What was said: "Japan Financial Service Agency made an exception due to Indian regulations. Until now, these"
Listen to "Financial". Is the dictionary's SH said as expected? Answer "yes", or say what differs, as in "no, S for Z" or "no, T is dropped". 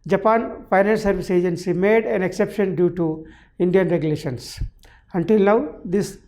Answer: no, SH is dropped